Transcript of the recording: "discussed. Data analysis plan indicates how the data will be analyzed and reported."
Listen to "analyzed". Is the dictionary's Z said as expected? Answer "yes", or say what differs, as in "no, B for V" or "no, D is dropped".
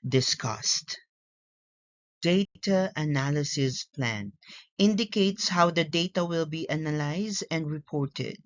yes